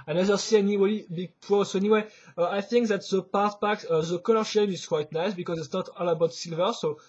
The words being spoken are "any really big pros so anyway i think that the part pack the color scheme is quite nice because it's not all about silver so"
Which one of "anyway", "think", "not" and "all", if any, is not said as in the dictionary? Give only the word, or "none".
none